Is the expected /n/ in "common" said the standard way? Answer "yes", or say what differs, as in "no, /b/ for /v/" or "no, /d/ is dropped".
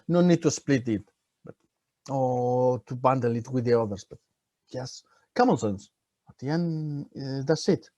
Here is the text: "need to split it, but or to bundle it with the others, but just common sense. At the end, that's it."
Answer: no, /l/ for /n/